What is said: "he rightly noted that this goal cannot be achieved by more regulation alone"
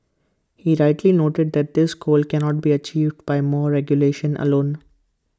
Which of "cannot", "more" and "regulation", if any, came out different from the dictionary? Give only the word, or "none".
none